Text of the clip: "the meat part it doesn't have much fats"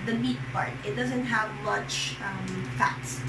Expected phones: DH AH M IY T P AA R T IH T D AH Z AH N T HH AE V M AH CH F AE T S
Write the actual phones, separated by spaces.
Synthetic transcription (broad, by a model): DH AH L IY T P AA R T IH T D AH Z AH N T HH AE V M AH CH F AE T S